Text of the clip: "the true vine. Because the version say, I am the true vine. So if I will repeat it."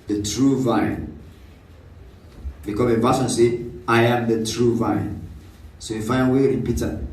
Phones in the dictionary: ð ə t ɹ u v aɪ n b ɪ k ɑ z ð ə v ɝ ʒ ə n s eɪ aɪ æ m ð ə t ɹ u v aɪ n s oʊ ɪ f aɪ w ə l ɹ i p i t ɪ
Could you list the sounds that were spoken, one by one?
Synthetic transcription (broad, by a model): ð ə t ɹ u v aɪ n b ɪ k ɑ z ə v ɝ s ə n s eɪ aɪ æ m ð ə t ɹ u v aɪ n s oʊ ɪ f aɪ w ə ɹ i p i t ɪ